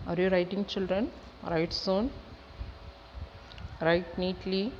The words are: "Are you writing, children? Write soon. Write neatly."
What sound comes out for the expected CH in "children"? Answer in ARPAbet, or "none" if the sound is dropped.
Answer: CH